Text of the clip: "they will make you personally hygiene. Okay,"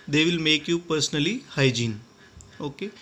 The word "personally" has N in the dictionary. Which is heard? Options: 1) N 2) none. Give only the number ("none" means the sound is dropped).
1